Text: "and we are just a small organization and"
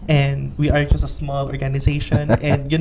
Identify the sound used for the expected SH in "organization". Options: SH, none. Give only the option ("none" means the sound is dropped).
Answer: SH